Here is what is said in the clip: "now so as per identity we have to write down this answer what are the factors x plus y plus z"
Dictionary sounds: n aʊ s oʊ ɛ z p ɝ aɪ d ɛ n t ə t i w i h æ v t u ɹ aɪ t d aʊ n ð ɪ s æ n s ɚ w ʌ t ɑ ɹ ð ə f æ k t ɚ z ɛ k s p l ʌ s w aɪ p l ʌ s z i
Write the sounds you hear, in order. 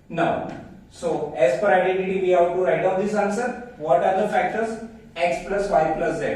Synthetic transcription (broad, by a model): n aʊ s oʊ ɛ z f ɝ aɪ d ɛ n t ə t i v i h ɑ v t u ɹ aɪ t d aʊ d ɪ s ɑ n s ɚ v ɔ t ɑ ɹ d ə f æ k t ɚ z ɛ k s p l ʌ s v aɪ p l ʌ s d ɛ